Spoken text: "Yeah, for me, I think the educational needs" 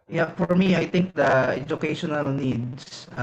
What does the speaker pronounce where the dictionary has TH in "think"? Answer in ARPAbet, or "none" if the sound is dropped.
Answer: T